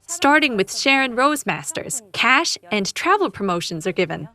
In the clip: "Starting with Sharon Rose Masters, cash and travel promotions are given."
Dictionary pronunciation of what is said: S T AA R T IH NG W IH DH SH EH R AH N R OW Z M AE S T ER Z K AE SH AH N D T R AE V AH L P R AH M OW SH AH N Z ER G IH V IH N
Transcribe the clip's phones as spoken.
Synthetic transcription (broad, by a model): S T AA R T IH NG W IH DH SH EH R AH N R OW Z M AE S T ER Z K AE SH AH N T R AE V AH L P R AH M OW SH AH N Z ER G IH V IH N